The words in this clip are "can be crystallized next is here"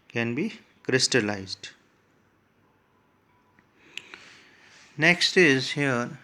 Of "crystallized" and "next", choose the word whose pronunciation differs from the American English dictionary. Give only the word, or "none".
none